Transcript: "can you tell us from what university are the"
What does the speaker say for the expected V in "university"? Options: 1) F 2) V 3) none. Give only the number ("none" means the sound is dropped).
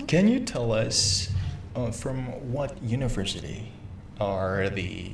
2